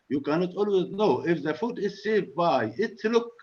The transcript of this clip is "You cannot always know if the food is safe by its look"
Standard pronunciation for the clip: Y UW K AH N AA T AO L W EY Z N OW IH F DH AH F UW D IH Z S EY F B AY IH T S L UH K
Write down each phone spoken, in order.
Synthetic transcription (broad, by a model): Y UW K AH N AA T AO L W EY Z N OW IH F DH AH F UW D IH Z S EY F B AY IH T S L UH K